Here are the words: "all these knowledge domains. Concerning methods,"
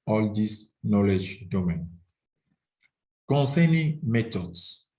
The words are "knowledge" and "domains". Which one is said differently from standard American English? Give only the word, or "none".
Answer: domains